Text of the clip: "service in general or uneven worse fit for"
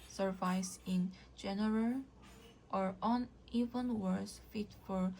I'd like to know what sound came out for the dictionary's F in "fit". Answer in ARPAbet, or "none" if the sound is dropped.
F